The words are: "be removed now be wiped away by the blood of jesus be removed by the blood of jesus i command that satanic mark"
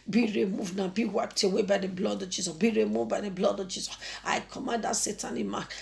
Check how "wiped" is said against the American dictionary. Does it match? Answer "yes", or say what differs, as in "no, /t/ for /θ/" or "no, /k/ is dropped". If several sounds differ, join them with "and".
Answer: yes